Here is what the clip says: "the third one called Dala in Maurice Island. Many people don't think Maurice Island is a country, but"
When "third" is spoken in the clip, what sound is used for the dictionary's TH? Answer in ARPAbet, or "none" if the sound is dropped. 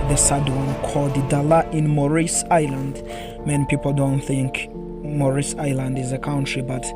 S